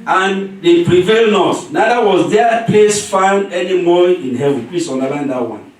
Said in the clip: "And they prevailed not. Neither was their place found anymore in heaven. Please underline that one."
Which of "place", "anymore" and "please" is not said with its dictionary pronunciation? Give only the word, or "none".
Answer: please